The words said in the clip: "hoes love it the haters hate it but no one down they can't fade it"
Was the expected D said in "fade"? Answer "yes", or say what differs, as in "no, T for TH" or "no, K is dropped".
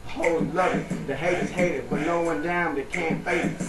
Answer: no, D is dropped